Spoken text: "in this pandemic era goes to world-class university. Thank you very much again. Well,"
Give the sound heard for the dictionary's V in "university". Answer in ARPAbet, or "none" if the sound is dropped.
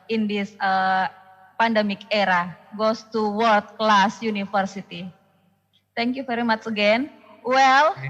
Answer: F